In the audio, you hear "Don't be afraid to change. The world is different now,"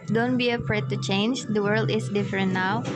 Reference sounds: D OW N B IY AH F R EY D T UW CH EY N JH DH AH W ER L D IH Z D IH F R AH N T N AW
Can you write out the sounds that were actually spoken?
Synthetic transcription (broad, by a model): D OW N B IY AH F R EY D T UW CH EY N JH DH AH W ER L D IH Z D IH F R AH N T N AW